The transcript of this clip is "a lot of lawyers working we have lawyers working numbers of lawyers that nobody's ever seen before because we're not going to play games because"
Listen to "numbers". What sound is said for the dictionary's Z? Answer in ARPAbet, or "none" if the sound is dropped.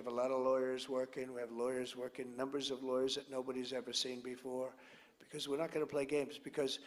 Z